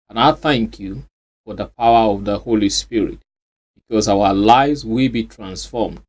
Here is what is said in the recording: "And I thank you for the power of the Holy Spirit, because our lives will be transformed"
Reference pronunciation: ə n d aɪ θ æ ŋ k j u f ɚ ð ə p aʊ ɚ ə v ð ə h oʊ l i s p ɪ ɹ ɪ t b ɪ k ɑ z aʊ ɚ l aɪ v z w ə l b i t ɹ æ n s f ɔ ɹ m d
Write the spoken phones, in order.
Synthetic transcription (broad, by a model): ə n aɪ θ æ ŋ k j u f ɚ ð ə p aʊ ɚ ə v ð ə h oʊ l i s p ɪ ɹ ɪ t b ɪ k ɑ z aʊ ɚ l aɪ v z w ə l b i t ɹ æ n s f ɔ m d